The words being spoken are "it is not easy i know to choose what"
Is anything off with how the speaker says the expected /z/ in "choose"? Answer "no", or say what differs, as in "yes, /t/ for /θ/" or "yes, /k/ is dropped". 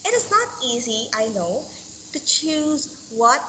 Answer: no